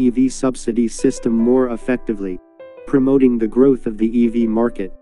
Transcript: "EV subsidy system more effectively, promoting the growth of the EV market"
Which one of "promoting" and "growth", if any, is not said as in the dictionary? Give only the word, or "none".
none